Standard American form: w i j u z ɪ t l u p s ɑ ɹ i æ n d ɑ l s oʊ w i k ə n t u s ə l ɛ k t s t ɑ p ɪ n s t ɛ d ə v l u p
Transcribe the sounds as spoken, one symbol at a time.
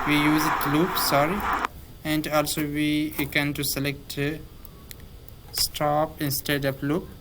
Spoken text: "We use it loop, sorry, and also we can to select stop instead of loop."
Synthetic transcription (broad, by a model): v i j u z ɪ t l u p s ɑ ɹ i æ n d ɑ l s oʊ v i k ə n t u s ə l ɛ k t s t ɑ p ɪ n s t ɛ d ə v l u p